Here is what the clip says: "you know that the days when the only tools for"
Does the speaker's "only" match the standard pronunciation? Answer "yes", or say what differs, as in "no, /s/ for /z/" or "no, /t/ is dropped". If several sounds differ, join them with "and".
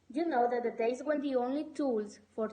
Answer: yes